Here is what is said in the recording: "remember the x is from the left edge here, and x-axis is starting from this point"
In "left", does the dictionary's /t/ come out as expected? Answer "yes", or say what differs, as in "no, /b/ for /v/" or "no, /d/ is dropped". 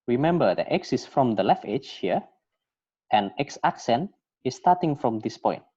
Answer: no, /t/ is dropped